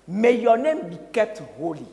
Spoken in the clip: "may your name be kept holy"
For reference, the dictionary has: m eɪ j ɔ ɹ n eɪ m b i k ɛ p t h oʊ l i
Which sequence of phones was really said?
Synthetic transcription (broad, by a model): m eɪ j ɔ n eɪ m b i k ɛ t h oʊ l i